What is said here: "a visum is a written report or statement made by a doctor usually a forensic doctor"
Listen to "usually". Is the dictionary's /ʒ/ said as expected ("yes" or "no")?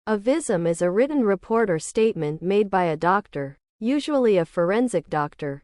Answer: yes